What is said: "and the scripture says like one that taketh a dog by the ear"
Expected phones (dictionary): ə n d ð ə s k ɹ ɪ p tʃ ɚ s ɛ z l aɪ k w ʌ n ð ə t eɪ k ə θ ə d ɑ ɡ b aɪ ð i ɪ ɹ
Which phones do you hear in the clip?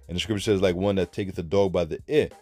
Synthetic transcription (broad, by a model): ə n ð ə s k ɹ ɪ p tʃ ɚ s ɛ z l aɪ k w ʌ n ð ə t eɪ k ə θ ə d ɑ ɡ b aɪ ð i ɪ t